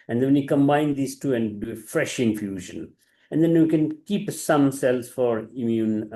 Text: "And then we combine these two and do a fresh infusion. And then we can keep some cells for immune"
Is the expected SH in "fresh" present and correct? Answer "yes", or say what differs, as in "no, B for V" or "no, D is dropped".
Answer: yes